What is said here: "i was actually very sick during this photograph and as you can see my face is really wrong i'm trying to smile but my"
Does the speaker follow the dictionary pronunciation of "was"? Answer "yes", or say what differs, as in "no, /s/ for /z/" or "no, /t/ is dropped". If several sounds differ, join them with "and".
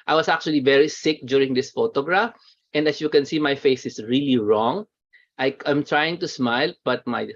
no, /s/ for /z/